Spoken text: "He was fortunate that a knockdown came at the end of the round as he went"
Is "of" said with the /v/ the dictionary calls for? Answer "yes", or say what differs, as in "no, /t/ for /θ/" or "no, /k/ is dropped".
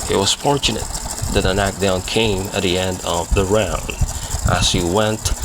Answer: yes